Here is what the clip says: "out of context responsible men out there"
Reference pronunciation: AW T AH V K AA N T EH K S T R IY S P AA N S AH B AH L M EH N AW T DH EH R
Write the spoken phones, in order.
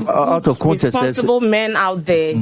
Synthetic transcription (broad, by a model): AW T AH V K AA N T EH S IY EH S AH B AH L M EH N AW T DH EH